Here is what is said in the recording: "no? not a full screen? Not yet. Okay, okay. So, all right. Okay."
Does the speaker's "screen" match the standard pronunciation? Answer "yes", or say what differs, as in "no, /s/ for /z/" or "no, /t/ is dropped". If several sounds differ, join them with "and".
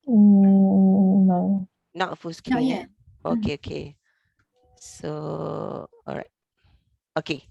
no, /ɹ/ is dropped